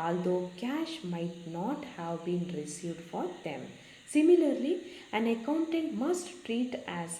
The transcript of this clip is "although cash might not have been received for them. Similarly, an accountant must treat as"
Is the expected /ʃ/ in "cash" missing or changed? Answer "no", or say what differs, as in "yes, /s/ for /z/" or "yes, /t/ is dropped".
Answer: no